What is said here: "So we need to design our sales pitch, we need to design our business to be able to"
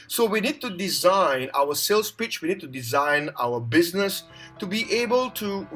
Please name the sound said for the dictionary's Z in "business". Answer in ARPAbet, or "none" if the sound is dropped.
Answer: Z